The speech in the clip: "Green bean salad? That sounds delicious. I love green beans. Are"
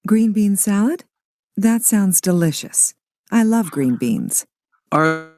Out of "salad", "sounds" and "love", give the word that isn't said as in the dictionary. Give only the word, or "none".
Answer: none